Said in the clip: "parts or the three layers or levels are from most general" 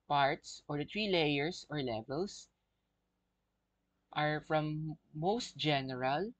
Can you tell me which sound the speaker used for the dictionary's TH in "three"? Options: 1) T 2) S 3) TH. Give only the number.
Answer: 1